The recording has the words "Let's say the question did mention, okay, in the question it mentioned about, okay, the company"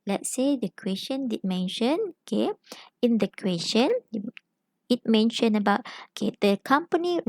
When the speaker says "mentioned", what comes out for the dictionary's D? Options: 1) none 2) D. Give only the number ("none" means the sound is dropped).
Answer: 1